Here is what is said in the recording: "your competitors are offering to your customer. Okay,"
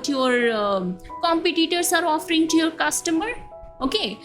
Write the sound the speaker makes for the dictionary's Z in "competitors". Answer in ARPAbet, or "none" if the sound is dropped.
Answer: S